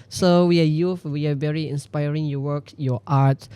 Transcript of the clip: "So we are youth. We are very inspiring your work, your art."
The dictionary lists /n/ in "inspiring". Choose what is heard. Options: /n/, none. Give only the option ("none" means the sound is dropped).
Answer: /n/